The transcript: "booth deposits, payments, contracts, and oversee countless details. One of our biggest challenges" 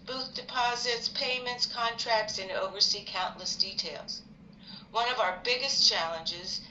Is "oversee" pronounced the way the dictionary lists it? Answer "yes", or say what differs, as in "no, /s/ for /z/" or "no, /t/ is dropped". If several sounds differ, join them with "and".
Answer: yes